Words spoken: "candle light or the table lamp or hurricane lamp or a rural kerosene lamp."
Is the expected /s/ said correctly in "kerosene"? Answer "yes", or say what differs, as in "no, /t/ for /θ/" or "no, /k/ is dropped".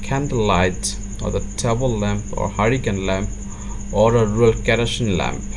no, /ʃ/ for /s/